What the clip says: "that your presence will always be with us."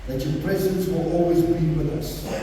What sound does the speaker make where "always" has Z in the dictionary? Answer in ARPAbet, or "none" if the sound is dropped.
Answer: Z